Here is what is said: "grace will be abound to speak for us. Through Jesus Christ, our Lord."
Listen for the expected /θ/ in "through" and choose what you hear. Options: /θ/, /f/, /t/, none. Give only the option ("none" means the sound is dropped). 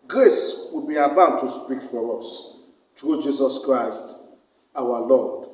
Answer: /t/